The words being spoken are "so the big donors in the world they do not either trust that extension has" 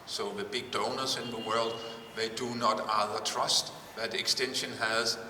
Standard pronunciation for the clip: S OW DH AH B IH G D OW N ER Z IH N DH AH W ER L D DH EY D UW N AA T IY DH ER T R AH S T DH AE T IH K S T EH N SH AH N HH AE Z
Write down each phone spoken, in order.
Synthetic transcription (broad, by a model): S OW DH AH B IH G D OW N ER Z IH N DH AH W ER L D DH EY D UW N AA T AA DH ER T R AH S T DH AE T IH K S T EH N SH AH N HH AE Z